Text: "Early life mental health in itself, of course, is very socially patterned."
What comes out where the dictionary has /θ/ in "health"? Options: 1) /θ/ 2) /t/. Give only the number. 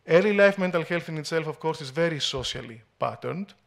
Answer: 1